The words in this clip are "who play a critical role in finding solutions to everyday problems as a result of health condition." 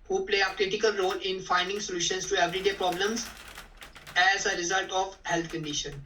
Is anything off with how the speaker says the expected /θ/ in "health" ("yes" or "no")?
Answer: yes